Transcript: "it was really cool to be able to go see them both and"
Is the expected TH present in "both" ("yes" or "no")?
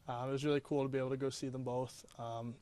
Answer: yes